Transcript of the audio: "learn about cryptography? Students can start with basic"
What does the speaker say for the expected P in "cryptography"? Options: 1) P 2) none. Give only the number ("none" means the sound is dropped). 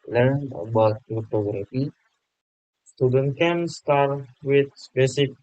2